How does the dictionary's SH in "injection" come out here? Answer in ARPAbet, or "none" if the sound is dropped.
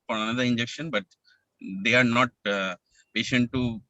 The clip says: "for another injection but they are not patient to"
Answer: SH